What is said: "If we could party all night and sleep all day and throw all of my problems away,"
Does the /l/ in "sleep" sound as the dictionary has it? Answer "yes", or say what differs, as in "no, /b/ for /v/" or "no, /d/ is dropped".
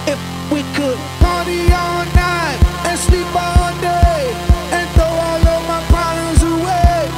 yes